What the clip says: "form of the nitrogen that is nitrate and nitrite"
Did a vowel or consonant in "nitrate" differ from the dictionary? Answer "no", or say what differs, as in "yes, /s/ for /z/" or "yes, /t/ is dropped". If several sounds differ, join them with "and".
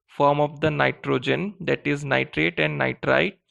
no